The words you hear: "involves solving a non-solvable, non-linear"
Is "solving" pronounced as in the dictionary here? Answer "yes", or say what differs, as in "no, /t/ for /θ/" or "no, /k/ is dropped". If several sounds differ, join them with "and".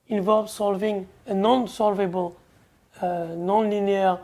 yes